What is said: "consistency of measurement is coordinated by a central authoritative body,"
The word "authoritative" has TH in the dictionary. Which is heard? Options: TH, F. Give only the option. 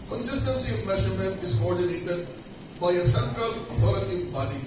F